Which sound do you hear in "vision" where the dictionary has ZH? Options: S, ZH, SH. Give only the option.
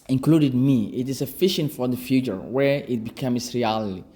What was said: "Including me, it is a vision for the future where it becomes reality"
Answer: SH